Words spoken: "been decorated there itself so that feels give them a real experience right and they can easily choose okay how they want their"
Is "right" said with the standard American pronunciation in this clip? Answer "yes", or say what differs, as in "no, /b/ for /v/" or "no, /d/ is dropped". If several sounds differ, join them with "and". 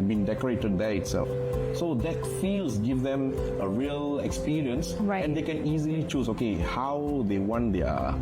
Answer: no, /t/ is dropped